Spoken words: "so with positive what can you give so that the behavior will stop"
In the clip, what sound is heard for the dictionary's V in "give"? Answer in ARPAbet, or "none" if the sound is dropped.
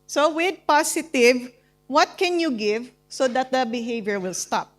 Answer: V